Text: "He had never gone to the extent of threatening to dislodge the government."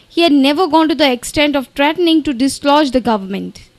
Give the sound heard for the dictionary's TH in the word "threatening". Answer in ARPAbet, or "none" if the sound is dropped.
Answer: T